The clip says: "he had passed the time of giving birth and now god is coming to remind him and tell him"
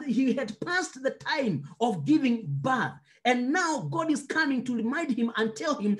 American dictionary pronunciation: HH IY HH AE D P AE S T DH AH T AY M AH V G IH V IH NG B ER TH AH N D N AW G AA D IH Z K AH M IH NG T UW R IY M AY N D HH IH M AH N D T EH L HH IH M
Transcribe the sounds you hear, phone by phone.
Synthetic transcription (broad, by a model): HH IY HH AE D P AE S T DH AH T AY M AH V G IH V IH NG B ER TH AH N N AW G AA D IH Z K AH M IH NG T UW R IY M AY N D HH IH M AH N T EH L HH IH M